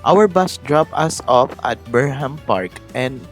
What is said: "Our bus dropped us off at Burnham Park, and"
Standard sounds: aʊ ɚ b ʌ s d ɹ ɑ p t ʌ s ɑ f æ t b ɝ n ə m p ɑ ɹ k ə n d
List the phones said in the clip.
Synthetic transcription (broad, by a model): aʊ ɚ b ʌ s d ɹ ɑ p ʌ s ɑ f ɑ t b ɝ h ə m p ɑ ɹ k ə n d